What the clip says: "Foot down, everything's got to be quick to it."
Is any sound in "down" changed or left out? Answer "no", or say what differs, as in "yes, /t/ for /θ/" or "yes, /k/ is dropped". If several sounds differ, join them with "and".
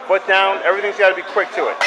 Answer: no